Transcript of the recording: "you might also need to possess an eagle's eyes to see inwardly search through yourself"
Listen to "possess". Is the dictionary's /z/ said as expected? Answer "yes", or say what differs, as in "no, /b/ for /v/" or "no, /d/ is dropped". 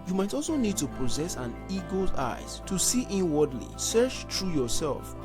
yes